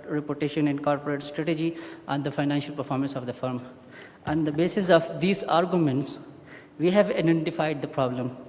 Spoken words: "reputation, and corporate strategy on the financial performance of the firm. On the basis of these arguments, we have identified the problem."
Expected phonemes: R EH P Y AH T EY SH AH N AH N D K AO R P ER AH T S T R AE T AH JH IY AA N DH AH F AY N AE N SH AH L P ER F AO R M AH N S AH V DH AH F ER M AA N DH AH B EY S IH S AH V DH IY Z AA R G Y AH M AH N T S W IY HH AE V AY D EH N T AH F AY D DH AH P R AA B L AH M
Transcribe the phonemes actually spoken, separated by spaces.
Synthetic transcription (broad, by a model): R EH P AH T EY SH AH N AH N K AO R P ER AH T S T R AE T AH JH IY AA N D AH F AY N AE N SH AH L P ER F AO R M AH N S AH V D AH F ER M AA N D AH B EY S IH S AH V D IY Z AA R G Y AH M AH N T S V IY HH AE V AY D EH N T AH F AY D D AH P R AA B L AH M